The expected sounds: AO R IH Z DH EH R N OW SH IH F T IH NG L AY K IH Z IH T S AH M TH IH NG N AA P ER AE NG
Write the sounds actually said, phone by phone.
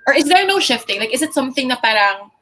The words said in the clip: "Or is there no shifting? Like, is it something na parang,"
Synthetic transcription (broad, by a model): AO R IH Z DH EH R N OW SH IH F T IH NG L AY K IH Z IH T S AH M TH IH NG N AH P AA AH NG